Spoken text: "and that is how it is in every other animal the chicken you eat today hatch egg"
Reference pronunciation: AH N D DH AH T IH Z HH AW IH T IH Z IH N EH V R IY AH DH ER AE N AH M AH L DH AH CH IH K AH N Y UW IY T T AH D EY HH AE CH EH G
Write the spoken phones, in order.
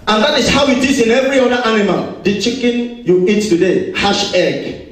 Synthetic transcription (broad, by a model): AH N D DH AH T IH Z HH AW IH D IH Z IH N EH V R IY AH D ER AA N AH M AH L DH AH CH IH K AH N Y UW IY T T AH D EY HH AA SH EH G